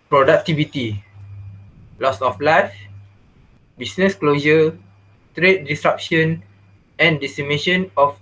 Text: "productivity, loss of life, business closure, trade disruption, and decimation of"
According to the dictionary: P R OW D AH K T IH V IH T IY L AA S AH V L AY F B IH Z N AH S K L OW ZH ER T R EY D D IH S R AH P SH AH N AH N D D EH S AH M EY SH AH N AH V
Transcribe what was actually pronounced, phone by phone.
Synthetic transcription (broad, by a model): P R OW D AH K T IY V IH T IY L AA S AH F L AY F B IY S N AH S K L OW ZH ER T R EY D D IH S R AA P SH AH N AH N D D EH S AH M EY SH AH N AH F